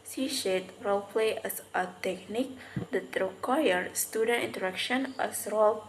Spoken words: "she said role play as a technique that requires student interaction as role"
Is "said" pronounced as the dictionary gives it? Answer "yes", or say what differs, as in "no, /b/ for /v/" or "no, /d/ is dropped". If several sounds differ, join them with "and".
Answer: no, /ʃ/ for /s/